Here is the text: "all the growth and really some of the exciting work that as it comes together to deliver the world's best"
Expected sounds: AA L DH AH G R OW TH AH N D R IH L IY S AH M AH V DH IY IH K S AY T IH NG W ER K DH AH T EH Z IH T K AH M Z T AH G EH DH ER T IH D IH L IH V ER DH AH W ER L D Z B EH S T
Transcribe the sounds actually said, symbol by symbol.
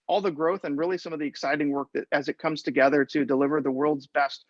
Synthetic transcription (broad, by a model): AA L DH AH G R OW TH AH N R IH L IY S AH M AH V DH IY IH K S AY T IH NG W ER K DH AH T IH Z IH T K AH M Z T AH G EH DH ER T IH D IH L IH V ER DH AH W ER L D Z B EH S T